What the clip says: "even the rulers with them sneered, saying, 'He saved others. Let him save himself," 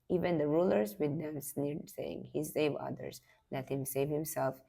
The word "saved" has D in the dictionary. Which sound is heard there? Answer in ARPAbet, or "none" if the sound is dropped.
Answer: none